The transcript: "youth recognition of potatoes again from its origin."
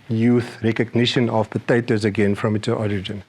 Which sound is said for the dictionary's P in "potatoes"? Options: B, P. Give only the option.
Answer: P